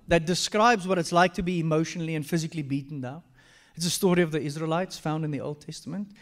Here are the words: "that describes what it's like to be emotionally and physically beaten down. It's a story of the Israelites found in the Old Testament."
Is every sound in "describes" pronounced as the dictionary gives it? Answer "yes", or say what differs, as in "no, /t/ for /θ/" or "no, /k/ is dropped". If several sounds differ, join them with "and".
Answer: yes